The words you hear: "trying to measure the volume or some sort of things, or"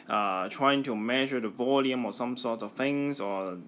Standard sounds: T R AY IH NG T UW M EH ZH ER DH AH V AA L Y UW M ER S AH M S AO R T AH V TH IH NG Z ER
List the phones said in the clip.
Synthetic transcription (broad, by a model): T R AY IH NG T UW M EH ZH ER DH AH V AA L Y UW M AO S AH M S AO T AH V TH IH NG S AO